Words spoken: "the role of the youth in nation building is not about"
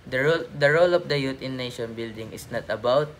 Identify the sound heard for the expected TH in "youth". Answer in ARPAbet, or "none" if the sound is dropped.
T